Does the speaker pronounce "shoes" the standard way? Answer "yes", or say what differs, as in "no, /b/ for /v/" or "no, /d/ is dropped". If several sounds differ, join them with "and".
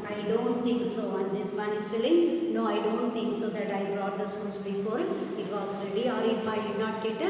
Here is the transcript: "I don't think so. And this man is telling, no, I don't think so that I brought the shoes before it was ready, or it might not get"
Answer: no, /s/ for /ʃ/